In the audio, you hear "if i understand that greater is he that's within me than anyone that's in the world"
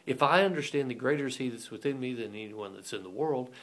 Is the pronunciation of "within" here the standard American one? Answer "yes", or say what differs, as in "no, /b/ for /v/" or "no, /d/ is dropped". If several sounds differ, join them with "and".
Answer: yes